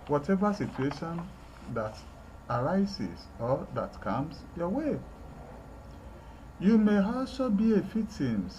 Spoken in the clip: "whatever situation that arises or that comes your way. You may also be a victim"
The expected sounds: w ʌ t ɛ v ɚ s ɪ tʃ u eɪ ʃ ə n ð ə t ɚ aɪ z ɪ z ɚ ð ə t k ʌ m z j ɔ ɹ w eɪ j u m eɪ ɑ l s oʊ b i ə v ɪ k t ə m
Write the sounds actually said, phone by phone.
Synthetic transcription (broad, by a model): w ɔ t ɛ v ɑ s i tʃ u eɪ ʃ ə n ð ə t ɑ aɪ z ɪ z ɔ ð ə t k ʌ m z j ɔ w eɪ j u m eɪ ɑ l s oʊ b i ə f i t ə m